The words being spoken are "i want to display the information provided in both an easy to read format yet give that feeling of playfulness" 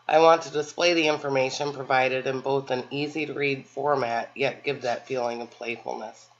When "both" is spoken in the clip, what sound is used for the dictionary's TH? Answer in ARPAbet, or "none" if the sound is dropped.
TH